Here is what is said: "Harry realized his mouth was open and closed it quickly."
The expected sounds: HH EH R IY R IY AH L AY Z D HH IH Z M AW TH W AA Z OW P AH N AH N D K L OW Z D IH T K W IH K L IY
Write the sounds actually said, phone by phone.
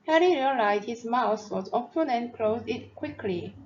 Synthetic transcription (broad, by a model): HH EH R IY R IY AH L AY Z D HH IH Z M AW S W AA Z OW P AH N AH N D K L OW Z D IH T K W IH K L IY